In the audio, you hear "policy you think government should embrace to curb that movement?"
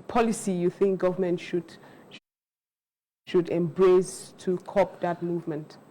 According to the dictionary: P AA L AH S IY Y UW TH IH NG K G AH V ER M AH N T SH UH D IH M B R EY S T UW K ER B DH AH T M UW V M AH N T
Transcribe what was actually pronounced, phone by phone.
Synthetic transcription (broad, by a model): P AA L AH S IY Y UW TH IH NG K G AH V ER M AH N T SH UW D IH M B R EY S T UW K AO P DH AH T M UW V M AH N T